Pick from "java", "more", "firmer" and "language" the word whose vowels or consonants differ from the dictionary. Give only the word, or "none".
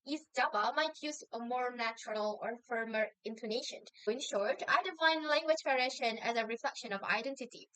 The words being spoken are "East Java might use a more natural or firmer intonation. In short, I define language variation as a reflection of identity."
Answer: java